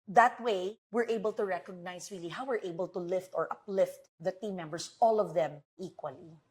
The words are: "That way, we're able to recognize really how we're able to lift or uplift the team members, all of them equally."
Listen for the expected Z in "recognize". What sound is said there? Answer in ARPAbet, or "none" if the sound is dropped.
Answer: S